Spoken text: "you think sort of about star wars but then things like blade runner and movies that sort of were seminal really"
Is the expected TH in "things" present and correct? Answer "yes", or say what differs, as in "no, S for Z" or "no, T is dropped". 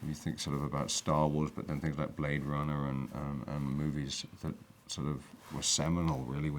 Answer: yes